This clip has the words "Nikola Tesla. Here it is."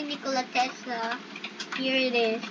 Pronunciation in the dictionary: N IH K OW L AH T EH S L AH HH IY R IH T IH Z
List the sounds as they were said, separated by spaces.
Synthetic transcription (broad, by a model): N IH K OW L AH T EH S AH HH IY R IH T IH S